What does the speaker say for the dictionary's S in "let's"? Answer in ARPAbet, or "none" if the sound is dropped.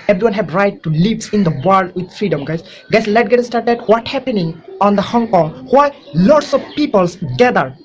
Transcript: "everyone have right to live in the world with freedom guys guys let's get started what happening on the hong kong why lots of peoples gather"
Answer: none